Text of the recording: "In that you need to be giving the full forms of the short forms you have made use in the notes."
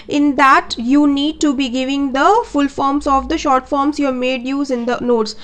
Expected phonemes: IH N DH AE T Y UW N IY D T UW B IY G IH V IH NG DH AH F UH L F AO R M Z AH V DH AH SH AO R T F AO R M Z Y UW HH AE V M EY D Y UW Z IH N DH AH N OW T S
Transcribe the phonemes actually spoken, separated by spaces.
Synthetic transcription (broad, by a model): IH N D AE T Y UW N IY D T UW B IY G IH V IH NG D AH F UH L F AO R M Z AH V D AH SH AO R T F AO R M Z Y UW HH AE M EY D Y UW Z IH N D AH N OW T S